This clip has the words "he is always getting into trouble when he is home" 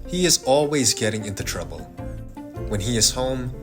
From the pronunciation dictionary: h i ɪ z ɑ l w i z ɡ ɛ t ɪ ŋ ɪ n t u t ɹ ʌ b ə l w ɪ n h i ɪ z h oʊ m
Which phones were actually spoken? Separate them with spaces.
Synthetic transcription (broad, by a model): h i ɪ z ɑ l w i z ɡ ɛ t ɪ ŋ ɪ n t u t ɹ ʌ b ə l w ɪ n i ɪ z h oʊ m